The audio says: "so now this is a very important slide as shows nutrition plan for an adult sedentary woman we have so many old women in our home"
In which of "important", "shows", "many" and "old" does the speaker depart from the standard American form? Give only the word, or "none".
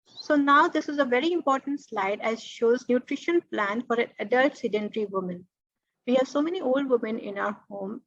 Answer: none